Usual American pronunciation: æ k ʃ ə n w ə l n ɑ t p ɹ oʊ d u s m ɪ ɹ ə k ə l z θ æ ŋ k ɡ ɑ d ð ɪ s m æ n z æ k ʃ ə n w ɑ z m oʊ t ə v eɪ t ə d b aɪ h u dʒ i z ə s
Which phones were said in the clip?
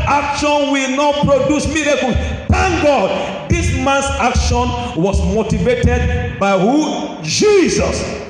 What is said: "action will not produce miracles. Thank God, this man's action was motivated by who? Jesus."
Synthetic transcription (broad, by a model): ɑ k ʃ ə n w ə l n ɑ t p ɹ oʊ d u s m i ɹ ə k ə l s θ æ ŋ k ɡ ɑ d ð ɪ s m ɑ n s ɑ k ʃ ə n w ɑ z m oʊ t ə v eɪ t ə d b aɪ h u dʒ i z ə s